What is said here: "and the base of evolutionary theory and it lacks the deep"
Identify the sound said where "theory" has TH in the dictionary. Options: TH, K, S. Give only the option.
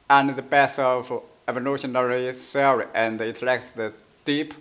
S